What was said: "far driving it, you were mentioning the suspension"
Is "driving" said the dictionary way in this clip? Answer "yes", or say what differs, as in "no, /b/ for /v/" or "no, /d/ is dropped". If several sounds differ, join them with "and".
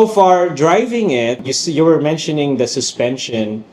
yes